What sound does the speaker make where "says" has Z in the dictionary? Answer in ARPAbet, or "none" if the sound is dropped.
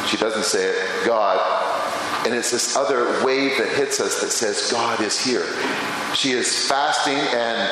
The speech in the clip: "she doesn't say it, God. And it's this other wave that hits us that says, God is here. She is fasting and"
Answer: Z